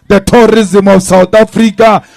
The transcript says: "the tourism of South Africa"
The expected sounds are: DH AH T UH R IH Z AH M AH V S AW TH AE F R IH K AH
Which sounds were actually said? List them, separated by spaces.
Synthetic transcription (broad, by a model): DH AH T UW R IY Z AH M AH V S AW T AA F R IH K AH